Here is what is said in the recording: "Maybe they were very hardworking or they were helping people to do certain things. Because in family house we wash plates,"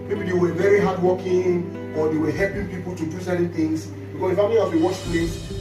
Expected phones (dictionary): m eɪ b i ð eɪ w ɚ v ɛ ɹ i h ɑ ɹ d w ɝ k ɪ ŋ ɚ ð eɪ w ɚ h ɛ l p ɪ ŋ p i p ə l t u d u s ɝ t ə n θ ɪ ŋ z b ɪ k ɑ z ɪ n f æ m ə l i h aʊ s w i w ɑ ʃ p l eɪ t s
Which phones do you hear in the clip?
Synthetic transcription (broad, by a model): m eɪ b i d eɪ w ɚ v ɛ ɹ i h ɑ d w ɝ k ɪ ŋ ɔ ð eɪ w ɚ h ɛ l p ɪ ŋ p i p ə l t u d u s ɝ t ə n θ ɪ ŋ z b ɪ k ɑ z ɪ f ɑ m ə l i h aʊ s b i w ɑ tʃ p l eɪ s